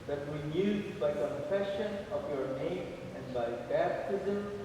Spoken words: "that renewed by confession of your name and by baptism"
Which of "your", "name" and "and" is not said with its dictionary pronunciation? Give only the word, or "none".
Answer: none